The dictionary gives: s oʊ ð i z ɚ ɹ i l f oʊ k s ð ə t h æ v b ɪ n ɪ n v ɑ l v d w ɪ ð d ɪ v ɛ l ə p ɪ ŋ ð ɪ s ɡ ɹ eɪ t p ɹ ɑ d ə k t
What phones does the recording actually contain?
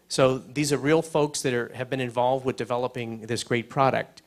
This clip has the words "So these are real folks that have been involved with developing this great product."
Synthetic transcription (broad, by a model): s oʊ ð i z ɚ ɹ i l f oʊ k s ð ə t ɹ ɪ v b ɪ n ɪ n v ɑ l v d w ɪ ð d ɪ v ɛ l ə p ɪ ŋ ð ɪ s ɡ ɹ eɪ t p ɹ ɑ d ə k t